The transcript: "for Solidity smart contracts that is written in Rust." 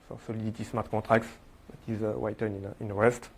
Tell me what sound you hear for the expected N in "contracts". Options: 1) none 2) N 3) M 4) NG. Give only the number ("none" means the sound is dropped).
1